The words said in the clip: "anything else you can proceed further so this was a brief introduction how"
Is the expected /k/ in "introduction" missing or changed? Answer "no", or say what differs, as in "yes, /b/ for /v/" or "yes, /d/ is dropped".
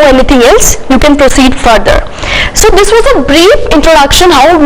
no